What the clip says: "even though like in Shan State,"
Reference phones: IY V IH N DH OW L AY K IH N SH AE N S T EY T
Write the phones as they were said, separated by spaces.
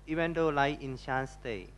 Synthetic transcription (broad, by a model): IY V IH N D OW L AY IH N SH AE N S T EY